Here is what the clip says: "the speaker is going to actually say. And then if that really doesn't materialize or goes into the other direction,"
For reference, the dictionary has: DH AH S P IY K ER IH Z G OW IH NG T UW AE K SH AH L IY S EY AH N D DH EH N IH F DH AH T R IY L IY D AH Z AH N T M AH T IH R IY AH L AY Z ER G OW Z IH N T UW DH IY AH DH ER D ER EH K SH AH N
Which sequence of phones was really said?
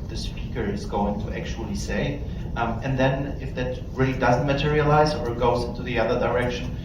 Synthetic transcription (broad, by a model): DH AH S P IY K ER IH Z G OW IH NG T UW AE K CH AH L IY S EY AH N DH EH N IH F DH AH T R IY L IY D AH Z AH N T M AH T IH R IY AH L AY Z ER G OW Z IH N T UW DH IY AH DH ER D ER EH K SH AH N